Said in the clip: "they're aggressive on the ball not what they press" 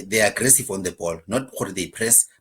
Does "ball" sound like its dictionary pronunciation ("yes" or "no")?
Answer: yes